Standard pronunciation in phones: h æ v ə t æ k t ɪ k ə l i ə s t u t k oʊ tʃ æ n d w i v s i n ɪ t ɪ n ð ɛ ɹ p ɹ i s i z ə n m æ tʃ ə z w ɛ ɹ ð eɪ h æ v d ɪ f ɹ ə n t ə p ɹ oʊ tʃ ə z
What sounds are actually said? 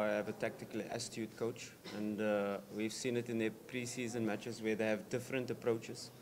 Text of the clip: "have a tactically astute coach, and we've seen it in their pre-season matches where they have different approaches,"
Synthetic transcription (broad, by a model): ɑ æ v ə t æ k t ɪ k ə l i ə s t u t k oʊ tʃ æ n d w i v s i n ɪ t ɪ n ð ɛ p ɹ i s i z ə n m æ tʃ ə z w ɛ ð eɪ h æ v d ɪ f ɹ ə n t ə p ɹ oʊ tʃ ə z